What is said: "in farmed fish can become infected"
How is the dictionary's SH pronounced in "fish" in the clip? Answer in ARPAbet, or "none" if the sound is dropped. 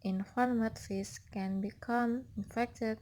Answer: S